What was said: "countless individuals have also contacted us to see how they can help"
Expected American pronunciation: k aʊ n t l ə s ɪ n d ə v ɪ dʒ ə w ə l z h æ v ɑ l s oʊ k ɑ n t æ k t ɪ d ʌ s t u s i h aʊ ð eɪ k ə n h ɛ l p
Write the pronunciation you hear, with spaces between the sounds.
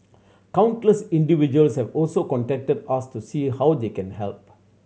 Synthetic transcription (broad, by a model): k aʊ n t l ə s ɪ n d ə v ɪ dʒ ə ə l s h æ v ɑ l s oʊ k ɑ n t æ k t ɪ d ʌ s t u s i h aʊ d eɪ k ə n h ɛ l p